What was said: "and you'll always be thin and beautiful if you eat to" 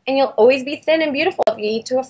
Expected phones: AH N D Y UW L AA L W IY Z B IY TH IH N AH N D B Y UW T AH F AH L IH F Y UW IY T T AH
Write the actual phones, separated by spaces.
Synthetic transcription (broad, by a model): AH N Y UW L AA L W IY Z B IY TH IH N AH N B Y UW T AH F L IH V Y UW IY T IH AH